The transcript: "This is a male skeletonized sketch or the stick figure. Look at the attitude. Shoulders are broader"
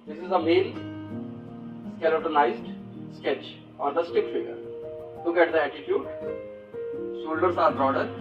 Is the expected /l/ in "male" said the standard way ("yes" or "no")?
no